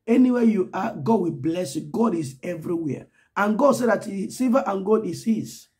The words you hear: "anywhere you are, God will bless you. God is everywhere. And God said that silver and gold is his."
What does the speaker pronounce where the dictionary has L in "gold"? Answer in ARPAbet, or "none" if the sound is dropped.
none